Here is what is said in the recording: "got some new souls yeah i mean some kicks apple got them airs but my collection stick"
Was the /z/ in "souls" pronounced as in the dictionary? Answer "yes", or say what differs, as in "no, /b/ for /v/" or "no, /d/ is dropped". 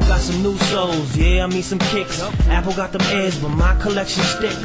yes